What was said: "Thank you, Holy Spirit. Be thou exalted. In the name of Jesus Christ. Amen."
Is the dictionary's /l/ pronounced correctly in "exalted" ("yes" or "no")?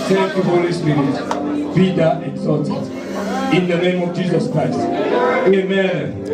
no